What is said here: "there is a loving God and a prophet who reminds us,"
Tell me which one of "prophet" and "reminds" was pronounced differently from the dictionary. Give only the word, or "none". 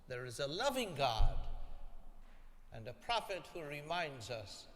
none